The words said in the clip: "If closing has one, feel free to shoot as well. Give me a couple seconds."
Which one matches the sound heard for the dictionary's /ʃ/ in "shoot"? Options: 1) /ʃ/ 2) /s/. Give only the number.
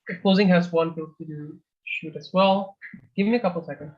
1